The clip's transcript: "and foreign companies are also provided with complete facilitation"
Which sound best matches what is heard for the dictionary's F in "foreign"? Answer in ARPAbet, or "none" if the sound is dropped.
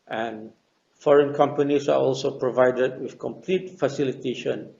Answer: F